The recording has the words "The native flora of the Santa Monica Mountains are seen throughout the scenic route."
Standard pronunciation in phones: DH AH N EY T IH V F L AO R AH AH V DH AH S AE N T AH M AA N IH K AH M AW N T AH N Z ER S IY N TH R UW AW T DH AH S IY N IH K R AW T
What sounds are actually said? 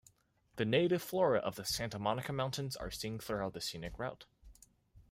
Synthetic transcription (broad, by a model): DH AH N EY T IH V F L AO R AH AH V DH AH S AE N T AH M AA N IH K AH M AW N T AH N Z ER S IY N TH R UW AW T DH AH S IY N IH K R AW T